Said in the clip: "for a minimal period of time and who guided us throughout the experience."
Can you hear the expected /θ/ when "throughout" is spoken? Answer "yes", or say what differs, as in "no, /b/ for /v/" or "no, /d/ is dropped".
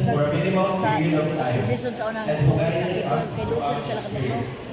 no, /t/ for /θ/